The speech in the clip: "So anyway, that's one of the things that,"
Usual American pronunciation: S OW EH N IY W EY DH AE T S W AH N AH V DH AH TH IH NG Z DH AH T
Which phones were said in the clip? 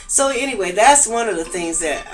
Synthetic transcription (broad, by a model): S OW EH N IY W EY DH AE T S W AH N AH V DH AH TH IH NG Z DH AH T